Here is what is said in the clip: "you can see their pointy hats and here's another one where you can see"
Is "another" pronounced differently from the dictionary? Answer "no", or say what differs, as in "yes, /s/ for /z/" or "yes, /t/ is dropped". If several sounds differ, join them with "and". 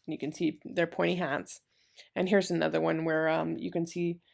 no